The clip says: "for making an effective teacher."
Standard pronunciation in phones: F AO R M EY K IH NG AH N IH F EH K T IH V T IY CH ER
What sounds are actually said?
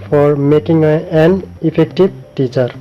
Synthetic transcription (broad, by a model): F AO R M EY K IH NG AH N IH P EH K T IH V T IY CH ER